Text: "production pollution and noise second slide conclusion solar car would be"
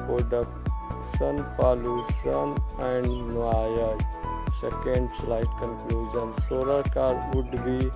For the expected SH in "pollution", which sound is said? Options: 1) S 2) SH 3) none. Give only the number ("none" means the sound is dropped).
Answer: 1